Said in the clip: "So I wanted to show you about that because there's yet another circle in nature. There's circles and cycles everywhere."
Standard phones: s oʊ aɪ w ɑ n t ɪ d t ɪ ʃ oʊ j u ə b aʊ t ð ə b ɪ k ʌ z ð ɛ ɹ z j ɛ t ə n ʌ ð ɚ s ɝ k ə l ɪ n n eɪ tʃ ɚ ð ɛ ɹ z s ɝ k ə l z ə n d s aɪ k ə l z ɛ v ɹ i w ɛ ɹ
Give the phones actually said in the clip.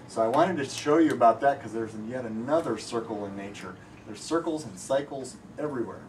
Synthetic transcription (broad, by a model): s oʊ aɪ w ɑ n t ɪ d t ɪ ʃ oʊ j ə b aʊ t ð ə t k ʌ z ð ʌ ɹ z j ɛ t ə n ʌ ð ɚ s ɝ k l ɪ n n eɪ tʃ ɚ ð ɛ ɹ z s ɝ k l z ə n s aɪ k l z ɛ v ɹ i w ɛ ɹ